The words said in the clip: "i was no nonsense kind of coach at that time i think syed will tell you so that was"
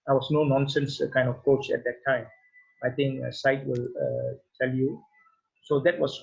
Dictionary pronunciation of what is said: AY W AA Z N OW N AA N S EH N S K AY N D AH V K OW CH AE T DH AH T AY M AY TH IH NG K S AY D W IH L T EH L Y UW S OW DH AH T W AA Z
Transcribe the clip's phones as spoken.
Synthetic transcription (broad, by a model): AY W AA S N OW N AA N S EH N S K AY N D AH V K OW CH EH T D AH T AY M AY T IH NG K S AY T W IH L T EH L Y UW S OW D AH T W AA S